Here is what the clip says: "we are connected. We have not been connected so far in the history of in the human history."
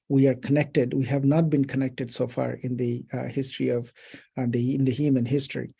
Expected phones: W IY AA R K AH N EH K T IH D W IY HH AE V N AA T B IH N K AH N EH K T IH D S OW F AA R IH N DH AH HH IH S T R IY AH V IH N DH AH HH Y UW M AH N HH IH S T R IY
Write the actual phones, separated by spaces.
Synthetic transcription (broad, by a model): W IY AA R K AH N EH K T IH D W IY HH AE V N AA T B IH N K AH N EH K T IH D S OW F AA R IH N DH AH HH IH S T R IY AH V IH N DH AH HH Y UW M AH N HH IH S T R IY